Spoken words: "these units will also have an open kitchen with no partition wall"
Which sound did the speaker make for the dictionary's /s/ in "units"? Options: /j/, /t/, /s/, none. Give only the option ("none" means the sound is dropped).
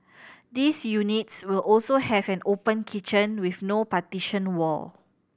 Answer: /s/